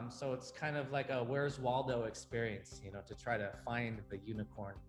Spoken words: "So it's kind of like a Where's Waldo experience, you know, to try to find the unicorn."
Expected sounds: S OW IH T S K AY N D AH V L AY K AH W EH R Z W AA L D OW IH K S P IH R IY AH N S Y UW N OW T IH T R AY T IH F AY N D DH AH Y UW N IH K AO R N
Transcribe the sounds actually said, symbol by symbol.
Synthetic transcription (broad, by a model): S OW IH T S K AY N D AH V L AY K AH W EH R Z W AA L D OW IH K S P IH R IY AH N S Y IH N OW T IH T R AY T IH F AY N DH AH Y UW N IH K AO R N